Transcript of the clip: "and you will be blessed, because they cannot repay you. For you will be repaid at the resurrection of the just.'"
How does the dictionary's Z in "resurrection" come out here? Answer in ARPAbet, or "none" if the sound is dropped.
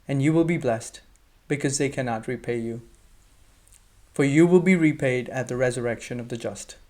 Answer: Z